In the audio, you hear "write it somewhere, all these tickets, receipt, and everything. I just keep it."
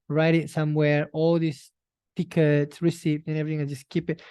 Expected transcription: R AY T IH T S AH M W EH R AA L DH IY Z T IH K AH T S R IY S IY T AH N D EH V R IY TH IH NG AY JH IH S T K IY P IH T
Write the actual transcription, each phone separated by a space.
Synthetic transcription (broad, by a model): R AY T IH T S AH M W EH R AA L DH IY S T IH K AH T S R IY S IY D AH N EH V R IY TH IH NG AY JH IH S K IY P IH T